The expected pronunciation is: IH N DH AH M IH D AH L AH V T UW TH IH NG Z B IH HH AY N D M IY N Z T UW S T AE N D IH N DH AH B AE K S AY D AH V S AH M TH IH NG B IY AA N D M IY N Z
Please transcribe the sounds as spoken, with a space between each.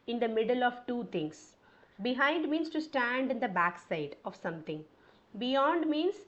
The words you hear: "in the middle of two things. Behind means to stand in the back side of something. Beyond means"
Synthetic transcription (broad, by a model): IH N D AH M IH D AH L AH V T UW T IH NG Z B IH HH AY N D M IY N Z T UW S T AE N D IH N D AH B AE K S AY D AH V S AH M T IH NG B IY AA N D M IY N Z